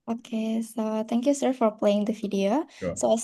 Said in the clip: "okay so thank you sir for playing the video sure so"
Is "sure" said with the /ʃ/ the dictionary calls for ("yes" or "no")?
no